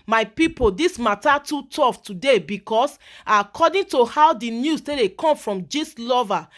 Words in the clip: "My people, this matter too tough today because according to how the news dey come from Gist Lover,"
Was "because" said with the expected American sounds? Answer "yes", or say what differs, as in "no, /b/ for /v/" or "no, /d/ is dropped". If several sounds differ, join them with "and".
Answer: no, /s/ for /z/